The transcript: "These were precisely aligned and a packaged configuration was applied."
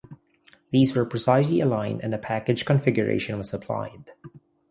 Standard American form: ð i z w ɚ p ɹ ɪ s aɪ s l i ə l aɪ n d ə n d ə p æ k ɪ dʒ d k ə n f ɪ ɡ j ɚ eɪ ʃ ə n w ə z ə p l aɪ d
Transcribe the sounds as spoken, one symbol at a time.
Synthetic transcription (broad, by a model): ð i z w ɚ p ɹ ɪ s aɪ s l i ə l aɪ n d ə n ə p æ k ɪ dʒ k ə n f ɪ ɡ j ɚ eɪ ʃ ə n w ə z ə p l aɪ d